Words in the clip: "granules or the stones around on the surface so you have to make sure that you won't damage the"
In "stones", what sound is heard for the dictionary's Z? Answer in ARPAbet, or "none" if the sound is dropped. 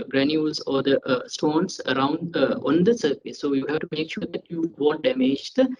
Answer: S